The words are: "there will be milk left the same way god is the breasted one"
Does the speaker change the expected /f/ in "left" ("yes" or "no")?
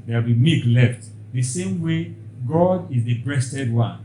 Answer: no